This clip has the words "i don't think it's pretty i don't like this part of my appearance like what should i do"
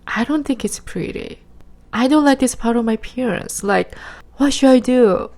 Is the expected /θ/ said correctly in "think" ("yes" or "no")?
yes